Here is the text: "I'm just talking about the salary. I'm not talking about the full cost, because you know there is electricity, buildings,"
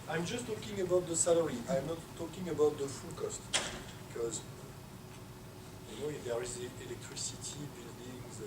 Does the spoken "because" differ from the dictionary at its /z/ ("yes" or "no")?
no